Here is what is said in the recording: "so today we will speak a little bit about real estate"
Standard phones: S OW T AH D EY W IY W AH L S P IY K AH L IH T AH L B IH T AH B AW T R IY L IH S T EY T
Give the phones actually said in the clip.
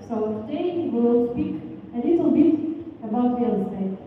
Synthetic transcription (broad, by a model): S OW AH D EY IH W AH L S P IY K AH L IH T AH L B IH T AH B AW T W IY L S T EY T